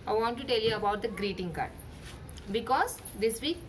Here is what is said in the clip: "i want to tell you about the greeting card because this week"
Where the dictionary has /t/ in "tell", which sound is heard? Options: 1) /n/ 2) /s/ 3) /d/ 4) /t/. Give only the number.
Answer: 4